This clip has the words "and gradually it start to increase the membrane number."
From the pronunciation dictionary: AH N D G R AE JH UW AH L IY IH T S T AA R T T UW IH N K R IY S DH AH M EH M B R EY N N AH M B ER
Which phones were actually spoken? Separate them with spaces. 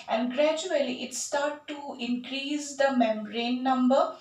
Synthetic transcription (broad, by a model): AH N D G R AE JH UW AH L IY IH T S T AA R T T UW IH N K R IY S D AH M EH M R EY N N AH M B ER